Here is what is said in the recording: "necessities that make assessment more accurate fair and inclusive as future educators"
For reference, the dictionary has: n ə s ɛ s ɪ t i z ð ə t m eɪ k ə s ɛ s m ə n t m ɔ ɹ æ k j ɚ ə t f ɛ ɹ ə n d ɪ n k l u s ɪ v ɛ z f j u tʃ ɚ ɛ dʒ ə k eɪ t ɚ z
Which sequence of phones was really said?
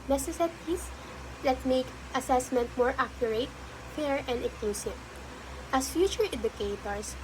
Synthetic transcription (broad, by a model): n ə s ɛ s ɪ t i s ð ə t m eɪ k ə s ɛ s m ə n t m ɔ ɹ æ k j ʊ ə t f ɛ ɹ ə n d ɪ k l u s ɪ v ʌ s f j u tʃ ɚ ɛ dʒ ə k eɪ t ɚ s